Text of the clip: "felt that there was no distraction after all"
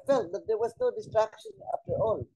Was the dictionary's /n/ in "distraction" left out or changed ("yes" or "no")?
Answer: no